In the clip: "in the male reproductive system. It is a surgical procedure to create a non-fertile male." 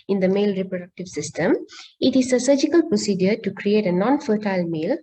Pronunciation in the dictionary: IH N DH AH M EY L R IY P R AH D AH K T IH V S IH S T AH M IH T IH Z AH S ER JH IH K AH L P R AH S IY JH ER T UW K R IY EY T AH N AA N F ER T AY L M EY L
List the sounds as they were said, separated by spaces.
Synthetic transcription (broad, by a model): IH N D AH M EY L R IY P R AH D AH K T IH V S IH S T AH M IH T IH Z AH S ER JH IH K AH L P R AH S IY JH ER T UW K R IY EY T AH N AA N F ER T AY L M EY L